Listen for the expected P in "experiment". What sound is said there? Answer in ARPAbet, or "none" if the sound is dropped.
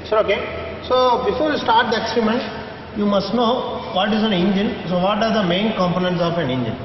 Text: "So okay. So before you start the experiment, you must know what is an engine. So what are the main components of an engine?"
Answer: none